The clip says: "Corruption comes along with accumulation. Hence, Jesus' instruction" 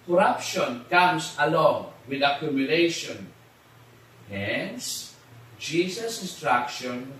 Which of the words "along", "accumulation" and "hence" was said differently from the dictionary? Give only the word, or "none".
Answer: none